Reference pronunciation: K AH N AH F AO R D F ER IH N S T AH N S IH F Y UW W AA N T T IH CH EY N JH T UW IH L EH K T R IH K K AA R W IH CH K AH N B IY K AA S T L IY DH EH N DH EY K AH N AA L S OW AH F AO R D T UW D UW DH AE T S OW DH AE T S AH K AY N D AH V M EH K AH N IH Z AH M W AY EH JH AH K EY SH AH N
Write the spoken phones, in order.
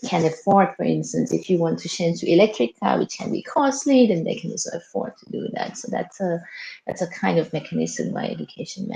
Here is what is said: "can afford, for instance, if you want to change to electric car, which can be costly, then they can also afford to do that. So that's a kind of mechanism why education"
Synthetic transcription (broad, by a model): K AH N AH F AO R D F ER IH N S T AH N S IH F Y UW W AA N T T IH SH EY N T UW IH L EH K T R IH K K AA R W IH CH K AH N B IY K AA S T L IY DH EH N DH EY K AH N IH S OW AH F AO R D T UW D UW DH AE T S OW DH AE T S AH K AY N D AH V M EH K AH N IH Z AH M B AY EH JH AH K EY SH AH N